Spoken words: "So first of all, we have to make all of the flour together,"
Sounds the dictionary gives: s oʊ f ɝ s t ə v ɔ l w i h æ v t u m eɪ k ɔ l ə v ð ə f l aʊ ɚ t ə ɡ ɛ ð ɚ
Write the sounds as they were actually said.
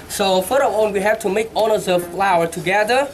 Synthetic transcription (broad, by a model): s oʊ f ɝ t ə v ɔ n w i h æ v t u m eɪ k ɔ n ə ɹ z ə f l aʊ ɚ t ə ɡ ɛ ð ɚ